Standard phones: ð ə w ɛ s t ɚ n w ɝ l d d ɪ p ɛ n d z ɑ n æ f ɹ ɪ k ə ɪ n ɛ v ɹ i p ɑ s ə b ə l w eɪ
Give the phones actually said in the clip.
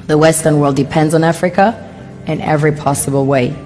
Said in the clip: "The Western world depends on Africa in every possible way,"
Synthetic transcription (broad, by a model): ð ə w ɛ s t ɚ n w ɝ l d d ɪ p ɛ n d z n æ f ɹ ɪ k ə ɪ n ɛ v ɹ i p ɑ s ə b ə l w eɪ